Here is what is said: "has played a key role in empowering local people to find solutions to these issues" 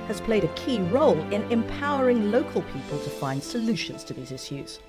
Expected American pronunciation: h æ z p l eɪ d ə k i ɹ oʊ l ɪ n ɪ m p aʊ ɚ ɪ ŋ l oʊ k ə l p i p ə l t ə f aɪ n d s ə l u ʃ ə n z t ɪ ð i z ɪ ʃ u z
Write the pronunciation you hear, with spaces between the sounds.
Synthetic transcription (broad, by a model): h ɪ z p l eɪ d ə k i ɹ oʊ l ɪ n ɪ m p aʊ ɚ ɪ ŋ l oʊ k ə l p i p ə l t ə f aɪ n d s ə l u ʃ ə n z t ɪ ð i z ɪ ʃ u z